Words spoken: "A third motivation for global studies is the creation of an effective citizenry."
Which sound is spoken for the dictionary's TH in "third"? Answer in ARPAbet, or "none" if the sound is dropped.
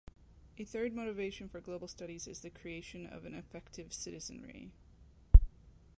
TH